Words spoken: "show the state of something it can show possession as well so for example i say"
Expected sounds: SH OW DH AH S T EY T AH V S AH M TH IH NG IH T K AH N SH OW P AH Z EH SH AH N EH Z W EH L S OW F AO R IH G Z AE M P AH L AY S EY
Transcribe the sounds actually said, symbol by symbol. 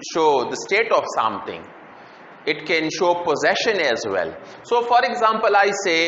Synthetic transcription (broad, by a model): SH OW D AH S T EY T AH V S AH M T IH NG IH T K AH N SH OW P AH Z EH SH AH N EH Z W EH L S OW F AO R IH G Z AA M P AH L AY S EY